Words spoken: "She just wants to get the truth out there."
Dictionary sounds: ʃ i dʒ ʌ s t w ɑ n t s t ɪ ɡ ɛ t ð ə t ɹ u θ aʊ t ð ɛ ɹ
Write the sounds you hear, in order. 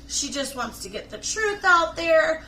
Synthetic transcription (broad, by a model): ʃ i dʒ ʌ s t w ɑ n t s t ɪ ɡ ɛ t ð ə t ɹ u θ aʊ t ð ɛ ɹ